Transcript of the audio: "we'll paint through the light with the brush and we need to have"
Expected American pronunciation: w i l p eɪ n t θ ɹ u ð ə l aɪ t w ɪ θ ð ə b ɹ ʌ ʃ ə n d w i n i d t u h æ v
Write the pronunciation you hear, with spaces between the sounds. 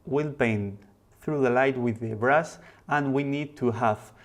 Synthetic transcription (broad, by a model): w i l b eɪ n θ ɹ u ð ə l aɪ t w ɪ ð ə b ɹ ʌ s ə n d w i n i d t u h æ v